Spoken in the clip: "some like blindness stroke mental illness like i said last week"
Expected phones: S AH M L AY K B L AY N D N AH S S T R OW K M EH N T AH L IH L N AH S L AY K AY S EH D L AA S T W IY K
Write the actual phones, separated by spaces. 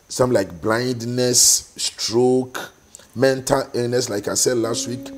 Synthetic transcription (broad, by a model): S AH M L AY K B L AY N D N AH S S T R OW K M EH N T AH L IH N N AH S L AY K AY S EH D L AA S T W IY K